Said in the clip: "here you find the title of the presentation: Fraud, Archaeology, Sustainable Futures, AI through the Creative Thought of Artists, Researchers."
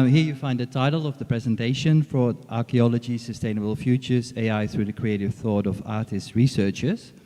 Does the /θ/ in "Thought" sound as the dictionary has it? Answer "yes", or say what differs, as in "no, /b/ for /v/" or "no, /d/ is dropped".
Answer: yes